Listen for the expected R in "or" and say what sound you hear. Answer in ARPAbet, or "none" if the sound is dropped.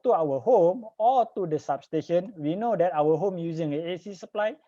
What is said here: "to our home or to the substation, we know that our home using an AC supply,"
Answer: L